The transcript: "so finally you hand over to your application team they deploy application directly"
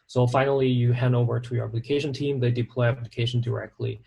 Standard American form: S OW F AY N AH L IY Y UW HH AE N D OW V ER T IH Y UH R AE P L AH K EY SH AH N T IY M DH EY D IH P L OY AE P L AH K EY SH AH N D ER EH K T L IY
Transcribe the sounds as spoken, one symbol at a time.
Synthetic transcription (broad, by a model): S OW F AY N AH L IY Y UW HH AE N D OW V ER T IH Y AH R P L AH K EY SH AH N T IY M DH EY D IH P L OY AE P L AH K EY SH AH N D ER EH K T L IY